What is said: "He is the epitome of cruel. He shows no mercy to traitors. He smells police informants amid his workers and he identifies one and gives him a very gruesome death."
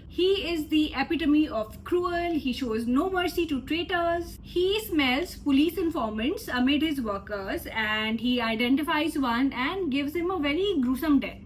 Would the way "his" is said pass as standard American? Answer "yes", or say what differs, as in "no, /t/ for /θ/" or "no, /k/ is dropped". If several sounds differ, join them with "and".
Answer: yes